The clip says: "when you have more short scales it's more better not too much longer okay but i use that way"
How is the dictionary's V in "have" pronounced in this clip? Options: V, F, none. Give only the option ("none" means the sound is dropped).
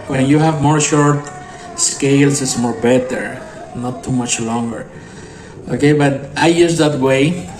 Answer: V